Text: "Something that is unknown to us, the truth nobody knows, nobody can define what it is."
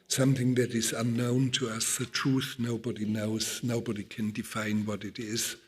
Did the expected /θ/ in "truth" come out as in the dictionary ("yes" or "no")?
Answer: yes